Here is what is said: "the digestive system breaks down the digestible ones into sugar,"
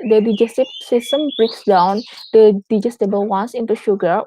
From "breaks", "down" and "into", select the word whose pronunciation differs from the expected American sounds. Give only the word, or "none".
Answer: none